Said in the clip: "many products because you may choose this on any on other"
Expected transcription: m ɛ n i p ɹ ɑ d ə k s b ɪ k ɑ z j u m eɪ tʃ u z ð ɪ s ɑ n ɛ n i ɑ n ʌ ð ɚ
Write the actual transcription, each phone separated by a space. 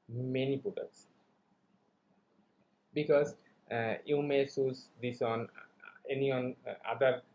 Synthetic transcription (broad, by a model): m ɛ n i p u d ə s b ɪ k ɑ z j u m eɪ s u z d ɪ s ɑ n ɛ n i ɑ n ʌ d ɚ